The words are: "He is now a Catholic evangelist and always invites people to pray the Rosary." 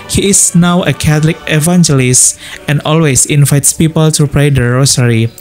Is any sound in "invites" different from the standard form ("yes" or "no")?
no